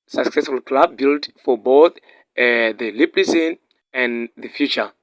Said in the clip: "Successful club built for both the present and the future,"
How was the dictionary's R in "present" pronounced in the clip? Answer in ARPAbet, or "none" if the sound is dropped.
L